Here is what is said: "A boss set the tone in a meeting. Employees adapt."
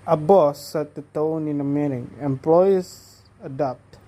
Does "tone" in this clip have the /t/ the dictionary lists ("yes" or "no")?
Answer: yes